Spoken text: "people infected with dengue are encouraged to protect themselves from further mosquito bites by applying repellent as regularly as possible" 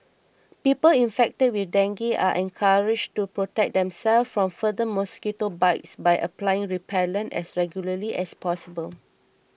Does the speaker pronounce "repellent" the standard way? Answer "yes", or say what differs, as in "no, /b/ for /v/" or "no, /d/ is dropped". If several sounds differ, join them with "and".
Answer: yes